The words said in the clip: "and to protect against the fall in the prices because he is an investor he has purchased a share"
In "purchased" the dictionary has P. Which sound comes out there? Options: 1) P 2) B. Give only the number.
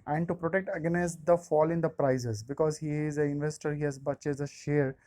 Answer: 2